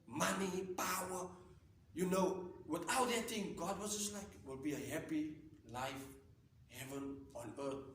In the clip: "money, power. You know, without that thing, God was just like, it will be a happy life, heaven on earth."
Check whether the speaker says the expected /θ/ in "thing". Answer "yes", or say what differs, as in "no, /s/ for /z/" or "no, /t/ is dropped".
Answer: no, /t/ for /θ/